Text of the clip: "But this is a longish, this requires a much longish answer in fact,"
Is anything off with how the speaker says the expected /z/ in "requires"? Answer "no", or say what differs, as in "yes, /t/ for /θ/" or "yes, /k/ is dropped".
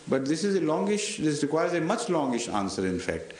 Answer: no